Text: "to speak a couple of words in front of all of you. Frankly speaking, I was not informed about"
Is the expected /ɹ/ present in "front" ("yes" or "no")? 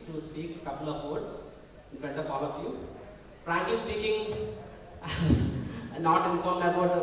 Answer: no